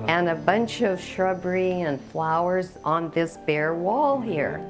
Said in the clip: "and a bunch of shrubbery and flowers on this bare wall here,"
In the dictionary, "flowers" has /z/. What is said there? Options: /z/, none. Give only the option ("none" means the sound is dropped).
/z/